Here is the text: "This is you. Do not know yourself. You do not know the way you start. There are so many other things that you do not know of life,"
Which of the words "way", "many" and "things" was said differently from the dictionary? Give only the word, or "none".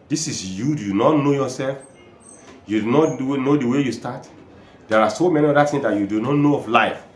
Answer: things